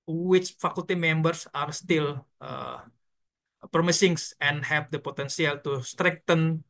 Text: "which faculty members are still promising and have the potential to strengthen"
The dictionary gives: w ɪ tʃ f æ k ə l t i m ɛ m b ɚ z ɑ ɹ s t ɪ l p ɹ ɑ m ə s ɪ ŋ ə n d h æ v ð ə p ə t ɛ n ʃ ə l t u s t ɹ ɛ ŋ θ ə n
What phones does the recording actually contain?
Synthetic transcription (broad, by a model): w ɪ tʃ f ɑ k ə l t i m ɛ m b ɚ s ɑ ɹ s t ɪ l p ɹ m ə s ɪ ŋ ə n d h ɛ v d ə p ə t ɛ n s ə l t u s t ɹ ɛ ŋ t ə n